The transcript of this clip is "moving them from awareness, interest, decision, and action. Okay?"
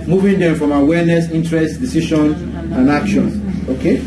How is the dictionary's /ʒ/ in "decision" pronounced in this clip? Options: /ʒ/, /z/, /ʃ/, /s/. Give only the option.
/ʃ/